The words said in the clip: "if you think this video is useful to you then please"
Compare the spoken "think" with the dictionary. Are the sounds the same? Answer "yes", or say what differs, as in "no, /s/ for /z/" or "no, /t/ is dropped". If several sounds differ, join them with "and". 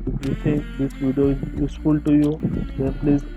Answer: no, /s/ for /θ/